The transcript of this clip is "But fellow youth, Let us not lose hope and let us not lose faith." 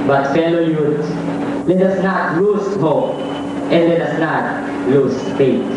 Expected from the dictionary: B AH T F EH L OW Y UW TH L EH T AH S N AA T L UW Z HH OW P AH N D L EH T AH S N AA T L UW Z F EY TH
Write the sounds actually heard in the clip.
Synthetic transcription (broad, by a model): B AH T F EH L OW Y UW S L EH T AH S N AA T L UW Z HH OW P AH N D L EH T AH S N AA T L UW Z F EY